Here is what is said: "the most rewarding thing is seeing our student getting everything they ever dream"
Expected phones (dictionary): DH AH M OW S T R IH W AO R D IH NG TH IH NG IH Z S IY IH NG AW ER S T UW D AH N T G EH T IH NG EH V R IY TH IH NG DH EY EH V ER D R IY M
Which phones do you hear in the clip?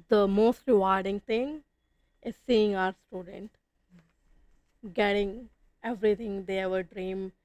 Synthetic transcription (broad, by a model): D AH M OW S T R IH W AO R D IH NG T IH NG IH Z S IY IH NG AW ER S T UW D AH N T G EH T IH NG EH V R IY T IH NG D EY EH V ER D R IY M